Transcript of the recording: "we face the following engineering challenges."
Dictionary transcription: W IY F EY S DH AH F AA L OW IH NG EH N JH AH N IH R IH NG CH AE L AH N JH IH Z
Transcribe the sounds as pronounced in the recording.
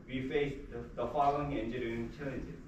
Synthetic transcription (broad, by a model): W IY F EY S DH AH F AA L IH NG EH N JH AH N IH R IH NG CH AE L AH N JH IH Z